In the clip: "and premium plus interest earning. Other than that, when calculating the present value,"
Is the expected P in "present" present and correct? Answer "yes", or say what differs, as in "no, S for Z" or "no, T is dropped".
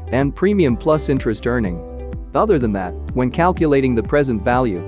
yes